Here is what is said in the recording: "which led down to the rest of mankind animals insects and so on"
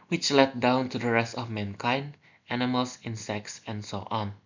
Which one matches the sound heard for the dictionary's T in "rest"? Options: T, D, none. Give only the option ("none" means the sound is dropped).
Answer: T